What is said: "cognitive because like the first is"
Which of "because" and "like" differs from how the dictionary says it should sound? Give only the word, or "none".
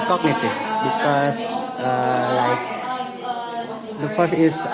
because